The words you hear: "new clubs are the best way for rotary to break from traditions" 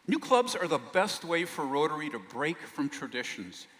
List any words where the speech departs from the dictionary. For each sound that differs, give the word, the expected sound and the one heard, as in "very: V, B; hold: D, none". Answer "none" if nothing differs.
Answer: none